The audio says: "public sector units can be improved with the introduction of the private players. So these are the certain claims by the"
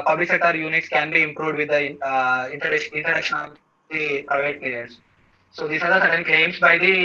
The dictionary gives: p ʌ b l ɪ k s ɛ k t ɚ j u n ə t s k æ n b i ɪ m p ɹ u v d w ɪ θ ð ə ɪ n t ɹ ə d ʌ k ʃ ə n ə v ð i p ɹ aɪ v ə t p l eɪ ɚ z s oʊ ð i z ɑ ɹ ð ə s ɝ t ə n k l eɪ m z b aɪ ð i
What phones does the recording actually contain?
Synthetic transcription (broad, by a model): p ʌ b l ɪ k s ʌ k t j u n ə t s k æ n b i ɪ m p ɹ u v d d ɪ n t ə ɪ n t ə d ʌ k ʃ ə n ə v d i p ɹ aɪ v ə t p l eɪ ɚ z s oʊ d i s ɑ ɹ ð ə s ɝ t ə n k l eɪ m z b aɪ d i